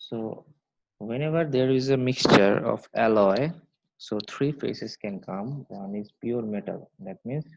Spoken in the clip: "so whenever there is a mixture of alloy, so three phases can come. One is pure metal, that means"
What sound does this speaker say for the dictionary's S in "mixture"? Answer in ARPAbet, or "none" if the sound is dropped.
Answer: S